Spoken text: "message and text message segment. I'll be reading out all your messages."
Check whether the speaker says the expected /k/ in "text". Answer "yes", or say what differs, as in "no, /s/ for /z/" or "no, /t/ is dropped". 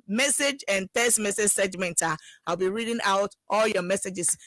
no, /k/ is dropped